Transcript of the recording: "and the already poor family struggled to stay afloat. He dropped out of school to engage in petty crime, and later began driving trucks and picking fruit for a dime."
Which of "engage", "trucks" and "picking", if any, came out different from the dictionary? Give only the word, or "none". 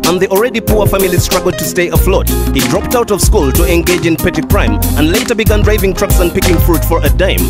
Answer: none